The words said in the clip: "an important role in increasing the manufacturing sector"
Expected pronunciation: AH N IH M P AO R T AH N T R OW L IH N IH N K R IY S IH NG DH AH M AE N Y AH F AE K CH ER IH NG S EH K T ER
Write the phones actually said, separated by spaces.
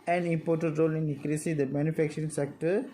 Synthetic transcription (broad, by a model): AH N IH M P AO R T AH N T R OW L IH N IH K R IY S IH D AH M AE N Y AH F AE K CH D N S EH K T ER